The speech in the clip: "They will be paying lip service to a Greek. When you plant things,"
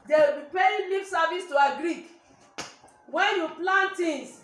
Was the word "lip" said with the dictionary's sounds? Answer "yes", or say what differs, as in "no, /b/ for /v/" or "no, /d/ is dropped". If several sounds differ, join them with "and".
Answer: no, /f/ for /p/